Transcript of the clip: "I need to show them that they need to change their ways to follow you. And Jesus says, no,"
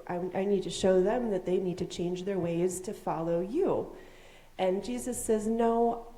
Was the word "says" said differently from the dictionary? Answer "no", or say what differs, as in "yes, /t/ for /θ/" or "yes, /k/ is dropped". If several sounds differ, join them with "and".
no